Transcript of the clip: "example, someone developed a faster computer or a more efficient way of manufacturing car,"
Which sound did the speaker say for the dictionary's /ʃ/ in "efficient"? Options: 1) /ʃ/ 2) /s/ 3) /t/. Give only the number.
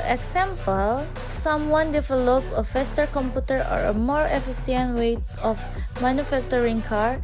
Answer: 2